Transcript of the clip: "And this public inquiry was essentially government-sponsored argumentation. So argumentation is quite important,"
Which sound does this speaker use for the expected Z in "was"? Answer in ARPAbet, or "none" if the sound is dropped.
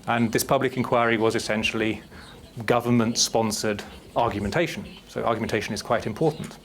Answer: Z